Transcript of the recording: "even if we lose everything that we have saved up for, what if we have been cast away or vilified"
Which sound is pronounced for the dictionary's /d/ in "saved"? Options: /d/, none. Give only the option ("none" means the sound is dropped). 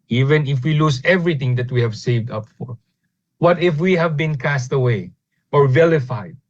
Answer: /d/